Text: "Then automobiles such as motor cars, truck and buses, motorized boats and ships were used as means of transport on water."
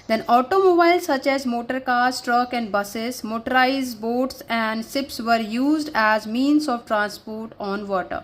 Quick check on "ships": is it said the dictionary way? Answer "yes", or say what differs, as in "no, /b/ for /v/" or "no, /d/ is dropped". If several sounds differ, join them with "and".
no, /s/ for /ʃ/